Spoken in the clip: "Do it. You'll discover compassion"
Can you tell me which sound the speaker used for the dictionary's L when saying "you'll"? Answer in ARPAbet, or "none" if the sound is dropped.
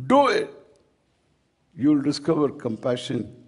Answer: L